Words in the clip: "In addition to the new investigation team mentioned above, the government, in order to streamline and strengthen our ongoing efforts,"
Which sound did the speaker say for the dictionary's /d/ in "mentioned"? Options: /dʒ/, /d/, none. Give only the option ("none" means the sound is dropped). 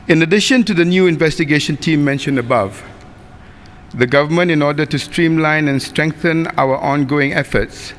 none